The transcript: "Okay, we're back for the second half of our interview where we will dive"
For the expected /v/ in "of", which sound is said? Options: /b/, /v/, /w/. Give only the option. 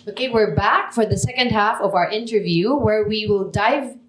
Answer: /v/